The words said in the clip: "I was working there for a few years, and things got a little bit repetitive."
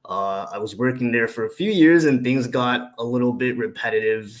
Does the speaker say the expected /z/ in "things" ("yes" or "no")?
yes